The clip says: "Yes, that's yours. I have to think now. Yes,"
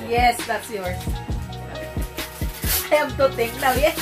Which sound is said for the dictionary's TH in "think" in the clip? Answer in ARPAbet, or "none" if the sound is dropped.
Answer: T